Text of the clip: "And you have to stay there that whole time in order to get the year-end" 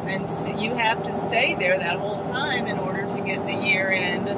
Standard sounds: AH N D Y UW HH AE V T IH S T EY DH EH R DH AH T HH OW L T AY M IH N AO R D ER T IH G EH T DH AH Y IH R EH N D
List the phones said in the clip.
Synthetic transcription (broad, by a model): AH N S Y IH HH AE F T IH S T EY DH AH R DH AH T HH OW L T AY M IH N AO R D ER T IH G EH T DH AH Y IH R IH N